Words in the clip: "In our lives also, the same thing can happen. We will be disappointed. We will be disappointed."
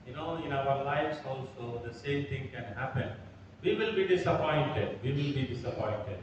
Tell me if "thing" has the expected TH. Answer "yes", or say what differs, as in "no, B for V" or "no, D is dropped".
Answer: no, T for TH